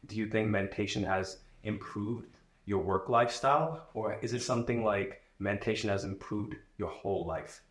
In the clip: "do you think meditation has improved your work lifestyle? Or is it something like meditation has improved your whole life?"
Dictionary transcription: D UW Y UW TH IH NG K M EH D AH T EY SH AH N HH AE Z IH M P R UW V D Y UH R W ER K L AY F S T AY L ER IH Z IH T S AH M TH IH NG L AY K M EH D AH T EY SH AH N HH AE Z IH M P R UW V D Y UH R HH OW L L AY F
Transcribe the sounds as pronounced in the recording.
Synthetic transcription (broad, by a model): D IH Y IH TH IH NG K M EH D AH T EY SH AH N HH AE Z IH M P R UW V D Y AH R W ER K L AY F S T AY L ER IH Z IH T S AH M TH IH NG L AY K M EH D T EY SH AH N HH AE Z IH M P R UW V D Y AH R HH OW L L AY F